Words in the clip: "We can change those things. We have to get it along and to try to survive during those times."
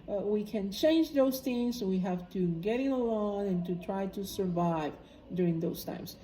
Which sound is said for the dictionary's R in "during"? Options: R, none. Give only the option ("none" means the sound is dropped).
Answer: R